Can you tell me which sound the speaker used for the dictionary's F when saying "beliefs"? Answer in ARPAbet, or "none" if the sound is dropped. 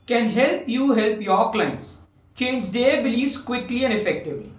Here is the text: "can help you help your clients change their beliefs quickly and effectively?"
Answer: none